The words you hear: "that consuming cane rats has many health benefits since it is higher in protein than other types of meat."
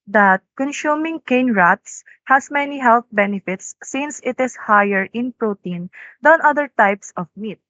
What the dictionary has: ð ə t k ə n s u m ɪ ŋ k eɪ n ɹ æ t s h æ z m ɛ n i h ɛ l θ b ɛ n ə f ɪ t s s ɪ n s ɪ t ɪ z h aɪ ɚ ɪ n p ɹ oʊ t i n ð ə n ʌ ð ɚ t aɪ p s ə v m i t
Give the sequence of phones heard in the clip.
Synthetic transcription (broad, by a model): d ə t k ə n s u m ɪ ŋ k eɪ n ɹ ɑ t s h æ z m ɛ n i h ɛ l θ b ɛ n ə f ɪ t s s ɪ n s ɪ t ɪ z h aɪ ɚ ɪ n p ɹ oʊ t i n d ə n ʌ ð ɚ t aɪ p s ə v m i t